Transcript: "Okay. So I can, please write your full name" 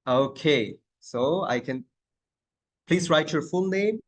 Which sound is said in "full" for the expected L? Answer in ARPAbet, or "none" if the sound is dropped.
N